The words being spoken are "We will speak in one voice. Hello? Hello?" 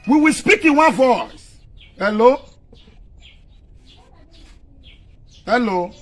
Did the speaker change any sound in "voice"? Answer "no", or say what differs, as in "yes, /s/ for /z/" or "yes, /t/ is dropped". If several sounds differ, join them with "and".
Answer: no